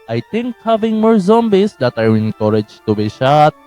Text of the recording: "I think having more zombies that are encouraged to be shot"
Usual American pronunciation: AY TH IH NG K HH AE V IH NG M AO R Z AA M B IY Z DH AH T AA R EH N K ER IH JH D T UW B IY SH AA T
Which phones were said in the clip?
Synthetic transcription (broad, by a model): AY T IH NG K HH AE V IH NG M AO R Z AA M B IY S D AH T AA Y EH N K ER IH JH T UW B IY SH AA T